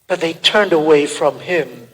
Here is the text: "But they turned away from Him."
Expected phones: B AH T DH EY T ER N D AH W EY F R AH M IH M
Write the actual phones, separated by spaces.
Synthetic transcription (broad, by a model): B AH T DH EY T ER N D AH W EY F R AH M IH M